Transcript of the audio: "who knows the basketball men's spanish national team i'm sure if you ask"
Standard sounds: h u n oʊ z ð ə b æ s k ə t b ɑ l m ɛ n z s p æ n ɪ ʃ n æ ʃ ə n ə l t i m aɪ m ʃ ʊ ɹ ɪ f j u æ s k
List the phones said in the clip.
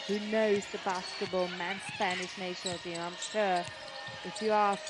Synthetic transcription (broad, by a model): h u n oʊ z ð ə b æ s k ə t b ɑ l m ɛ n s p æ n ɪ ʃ n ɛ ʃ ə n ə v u aɪ m ʃ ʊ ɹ ɪ f j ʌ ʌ